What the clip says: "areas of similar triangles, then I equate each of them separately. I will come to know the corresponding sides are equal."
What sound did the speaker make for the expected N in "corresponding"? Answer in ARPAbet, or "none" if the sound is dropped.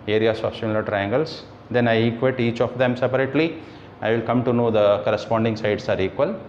N